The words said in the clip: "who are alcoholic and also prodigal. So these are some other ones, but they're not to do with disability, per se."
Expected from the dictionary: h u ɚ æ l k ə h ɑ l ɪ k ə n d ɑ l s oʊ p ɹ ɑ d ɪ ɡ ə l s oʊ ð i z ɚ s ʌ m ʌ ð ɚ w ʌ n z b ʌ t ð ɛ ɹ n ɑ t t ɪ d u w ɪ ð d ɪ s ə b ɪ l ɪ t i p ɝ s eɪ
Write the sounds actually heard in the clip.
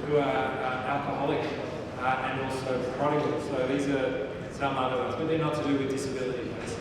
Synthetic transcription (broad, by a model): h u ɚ æ l k ə h ɑ l ɪ k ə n ɑ l s oʊ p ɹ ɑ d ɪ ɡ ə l s oʊ ð i z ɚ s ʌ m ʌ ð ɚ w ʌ z b ʌ t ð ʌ ɹ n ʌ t t ɪ d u w ɪ ð d ɪ s ə b ɪ l ɪ t i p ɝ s